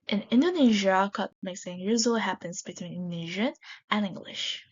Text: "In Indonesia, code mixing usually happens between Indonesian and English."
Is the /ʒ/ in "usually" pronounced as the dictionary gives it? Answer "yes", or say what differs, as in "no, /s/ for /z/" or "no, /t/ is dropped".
no, /z/ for /ʒ/